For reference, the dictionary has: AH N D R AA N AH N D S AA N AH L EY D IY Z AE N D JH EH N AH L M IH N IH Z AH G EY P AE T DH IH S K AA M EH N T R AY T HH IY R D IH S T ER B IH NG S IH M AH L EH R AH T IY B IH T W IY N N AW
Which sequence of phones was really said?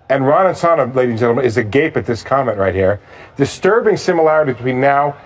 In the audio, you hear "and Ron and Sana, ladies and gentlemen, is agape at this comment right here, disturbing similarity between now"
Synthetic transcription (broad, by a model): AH N R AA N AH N S AA N AH L EY D IY Z N JH EH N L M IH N IH Z AH G EY P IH T DH IH S K AA M EH N T R AY T HH IY R D IH S T ER B IH NG S IH M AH L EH R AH T IY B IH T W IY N N AW